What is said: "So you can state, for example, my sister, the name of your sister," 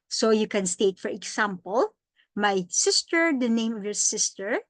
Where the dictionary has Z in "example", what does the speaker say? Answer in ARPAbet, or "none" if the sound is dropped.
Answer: S